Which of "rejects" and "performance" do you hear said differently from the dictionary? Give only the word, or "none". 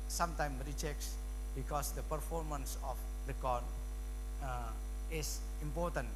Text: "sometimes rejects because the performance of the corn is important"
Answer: rejects